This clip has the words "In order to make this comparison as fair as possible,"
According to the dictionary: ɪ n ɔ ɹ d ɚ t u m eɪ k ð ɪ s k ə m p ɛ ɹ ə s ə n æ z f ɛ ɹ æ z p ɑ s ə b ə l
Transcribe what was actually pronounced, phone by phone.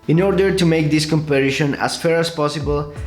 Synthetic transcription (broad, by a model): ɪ n ɔ ɹ d ɚ t u m eɪ k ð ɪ s k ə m p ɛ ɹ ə ʃ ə n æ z f ɛ ɹ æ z p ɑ s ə b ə l